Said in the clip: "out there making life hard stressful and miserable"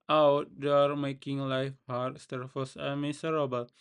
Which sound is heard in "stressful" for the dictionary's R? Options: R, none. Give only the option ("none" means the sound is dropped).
none